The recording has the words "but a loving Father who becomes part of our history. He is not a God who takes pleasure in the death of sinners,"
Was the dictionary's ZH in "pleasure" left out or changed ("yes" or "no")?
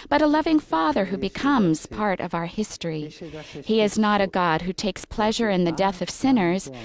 no